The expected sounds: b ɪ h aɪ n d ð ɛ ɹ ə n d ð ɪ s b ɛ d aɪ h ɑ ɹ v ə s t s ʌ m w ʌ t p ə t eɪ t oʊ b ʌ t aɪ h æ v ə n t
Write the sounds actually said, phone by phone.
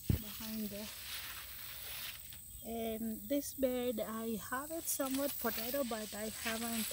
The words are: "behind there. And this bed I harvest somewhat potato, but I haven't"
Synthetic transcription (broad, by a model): b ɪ h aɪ n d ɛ ə n d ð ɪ s b ɛ d aɪ h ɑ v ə t s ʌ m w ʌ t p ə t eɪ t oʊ b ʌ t aɪ h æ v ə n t